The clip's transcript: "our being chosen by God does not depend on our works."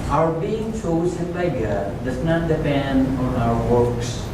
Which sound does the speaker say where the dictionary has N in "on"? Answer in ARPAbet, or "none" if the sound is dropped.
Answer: N